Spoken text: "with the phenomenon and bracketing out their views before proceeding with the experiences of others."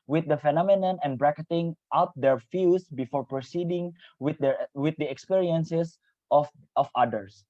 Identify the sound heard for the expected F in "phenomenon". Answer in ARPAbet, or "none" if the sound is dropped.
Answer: F